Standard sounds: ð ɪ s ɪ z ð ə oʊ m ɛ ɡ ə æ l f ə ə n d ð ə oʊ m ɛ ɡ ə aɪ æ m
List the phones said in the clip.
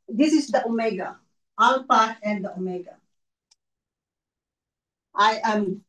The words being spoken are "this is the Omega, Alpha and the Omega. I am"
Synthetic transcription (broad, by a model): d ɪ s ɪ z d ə oʊ m ɛ ɡ ə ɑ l p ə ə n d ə oʊ m ɛ ɡ ə aɪ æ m